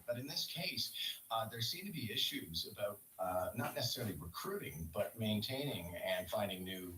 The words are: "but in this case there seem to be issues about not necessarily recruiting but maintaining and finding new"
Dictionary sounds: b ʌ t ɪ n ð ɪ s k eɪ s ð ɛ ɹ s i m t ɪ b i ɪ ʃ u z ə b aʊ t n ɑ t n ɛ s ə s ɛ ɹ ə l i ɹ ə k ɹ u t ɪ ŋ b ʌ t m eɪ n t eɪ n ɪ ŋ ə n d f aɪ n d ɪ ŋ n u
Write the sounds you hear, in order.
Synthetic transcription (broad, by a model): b ʌ t ɪ n ð ɪ s k eɪ s ð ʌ ɹ s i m t ɪ b i ɪ ʃ u z ə b aʊ t n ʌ t n ɛ s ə s ɛ ɹ l i ɹ ə k ɹ u t ɪ ŋ b ʌ t m eɪ n t eɪ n ɪ ŋ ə n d f aɪ n d ɪ ŋ n u